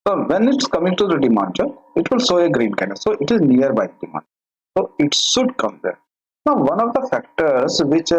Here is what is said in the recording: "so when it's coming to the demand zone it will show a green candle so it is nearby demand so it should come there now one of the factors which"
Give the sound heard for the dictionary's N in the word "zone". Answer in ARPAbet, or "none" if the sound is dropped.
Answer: none